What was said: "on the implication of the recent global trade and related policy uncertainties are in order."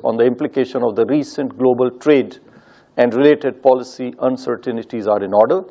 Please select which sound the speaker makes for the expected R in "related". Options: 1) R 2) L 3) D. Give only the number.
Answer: 1